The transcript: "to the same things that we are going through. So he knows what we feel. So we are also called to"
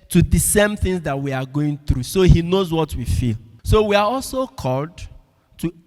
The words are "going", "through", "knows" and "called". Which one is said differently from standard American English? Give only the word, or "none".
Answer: none